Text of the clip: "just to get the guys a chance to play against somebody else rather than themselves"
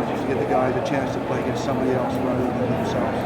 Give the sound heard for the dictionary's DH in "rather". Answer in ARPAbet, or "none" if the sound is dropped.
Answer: none